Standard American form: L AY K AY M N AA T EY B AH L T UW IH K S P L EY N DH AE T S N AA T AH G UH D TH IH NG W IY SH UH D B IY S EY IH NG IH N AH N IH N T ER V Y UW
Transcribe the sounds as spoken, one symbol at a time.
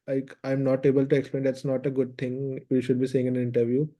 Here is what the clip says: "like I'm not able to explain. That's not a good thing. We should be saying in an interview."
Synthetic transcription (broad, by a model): L AY K AY M N AA T EY B AH L T UW IH K S P L EY N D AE T S N AA T AH G UH D T IH NG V IY SH UH D B IY S EY IH NG IH N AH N IH N T ER V Y UW